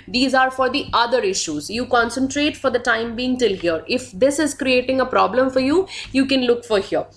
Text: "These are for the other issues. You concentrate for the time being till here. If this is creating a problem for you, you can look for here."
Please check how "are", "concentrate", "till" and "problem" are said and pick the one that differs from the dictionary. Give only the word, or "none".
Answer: none